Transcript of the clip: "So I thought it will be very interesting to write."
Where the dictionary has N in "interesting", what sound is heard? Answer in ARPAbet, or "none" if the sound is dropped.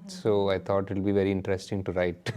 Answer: N